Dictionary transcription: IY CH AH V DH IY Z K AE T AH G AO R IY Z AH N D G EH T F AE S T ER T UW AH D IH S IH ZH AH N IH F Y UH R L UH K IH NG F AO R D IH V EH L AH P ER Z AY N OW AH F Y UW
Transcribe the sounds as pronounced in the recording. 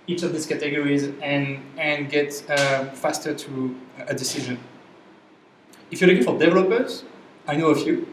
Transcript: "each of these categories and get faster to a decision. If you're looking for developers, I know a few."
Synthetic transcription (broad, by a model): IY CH AH V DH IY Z K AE T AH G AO R IY Z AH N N G EH T F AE S T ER T UW AH D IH S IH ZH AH N IH F Y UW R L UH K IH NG F AO R D IH V EH L AH P ER Z AY N OW AH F Y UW